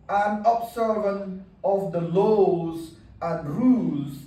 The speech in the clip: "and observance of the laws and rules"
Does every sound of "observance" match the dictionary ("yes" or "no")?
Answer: no